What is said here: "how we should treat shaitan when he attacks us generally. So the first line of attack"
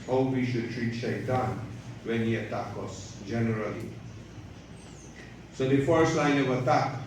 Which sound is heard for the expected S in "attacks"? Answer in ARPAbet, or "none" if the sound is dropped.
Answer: none